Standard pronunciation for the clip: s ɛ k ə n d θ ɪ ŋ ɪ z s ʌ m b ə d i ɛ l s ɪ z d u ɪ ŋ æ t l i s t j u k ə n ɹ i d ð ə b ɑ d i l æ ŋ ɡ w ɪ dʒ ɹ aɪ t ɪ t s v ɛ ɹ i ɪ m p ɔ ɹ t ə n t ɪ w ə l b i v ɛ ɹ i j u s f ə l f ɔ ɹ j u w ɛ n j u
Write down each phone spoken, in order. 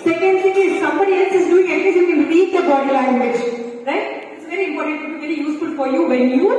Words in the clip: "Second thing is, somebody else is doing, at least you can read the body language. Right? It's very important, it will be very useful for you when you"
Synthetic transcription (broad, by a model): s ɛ k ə n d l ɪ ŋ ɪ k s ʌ m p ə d i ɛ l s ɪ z d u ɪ ŋ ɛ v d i t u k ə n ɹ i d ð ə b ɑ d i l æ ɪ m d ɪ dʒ ɹ aɪ t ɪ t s v ɛ ɹ i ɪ m p ɔ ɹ t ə n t ɪ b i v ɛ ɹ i j u s f ə l f ɔ ɹ j u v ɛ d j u